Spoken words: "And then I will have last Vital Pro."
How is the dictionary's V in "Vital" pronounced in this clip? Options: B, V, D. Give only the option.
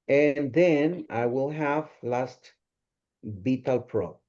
B